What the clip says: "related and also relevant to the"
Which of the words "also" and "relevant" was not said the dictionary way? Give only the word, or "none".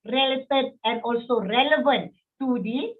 none